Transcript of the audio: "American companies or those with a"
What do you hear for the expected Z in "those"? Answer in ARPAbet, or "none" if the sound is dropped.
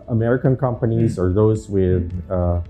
Z